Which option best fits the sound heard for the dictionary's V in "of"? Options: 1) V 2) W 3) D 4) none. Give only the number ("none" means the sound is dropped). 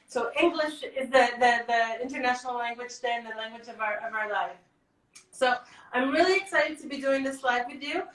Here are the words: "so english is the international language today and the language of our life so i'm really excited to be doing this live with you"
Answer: 1